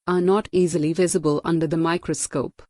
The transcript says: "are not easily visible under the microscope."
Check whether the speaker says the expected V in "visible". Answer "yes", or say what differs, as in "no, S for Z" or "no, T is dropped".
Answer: yes